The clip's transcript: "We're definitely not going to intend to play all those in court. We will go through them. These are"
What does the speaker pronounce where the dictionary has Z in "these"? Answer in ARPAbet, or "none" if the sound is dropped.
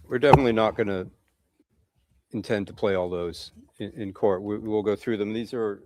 Z